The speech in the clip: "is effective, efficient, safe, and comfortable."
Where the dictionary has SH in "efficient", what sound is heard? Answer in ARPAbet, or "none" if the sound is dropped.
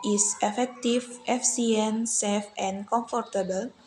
none